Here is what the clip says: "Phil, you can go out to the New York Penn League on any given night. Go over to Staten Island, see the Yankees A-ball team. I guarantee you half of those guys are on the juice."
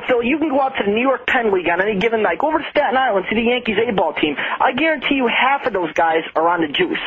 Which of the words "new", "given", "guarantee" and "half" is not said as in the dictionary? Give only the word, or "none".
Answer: none